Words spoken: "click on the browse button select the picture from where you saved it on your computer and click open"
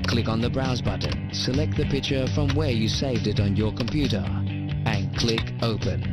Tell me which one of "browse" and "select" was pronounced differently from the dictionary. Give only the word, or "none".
none